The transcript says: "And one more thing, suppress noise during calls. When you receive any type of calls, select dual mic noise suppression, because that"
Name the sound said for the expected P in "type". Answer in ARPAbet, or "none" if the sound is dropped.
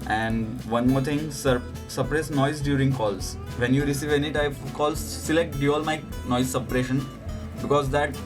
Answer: none